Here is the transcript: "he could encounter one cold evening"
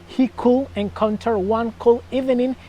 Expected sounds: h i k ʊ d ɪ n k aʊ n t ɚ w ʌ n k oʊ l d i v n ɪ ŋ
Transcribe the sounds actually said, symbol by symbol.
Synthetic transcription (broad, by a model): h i k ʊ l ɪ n k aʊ n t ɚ w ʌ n k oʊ l i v n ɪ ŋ